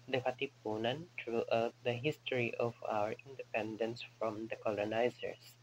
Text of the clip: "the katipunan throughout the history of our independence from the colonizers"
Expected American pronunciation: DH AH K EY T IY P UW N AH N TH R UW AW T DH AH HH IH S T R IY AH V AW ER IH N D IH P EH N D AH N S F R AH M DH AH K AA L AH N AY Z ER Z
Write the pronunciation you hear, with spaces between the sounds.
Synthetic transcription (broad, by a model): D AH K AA T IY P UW N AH N T R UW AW T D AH HH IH S T R IY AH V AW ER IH N D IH P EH N D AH N S F R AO M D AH K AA L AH N AY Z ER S